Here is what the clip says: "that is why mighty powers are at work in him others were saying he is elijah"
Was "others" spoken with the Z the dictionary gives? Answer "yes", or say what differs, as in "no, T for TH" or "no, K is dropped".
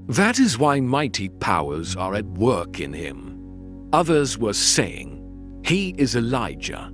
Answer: yes